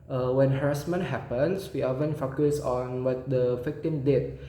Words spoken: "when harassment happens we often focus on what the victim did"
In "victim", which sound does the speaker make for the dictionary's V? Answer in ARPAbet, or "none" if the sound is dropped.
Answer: F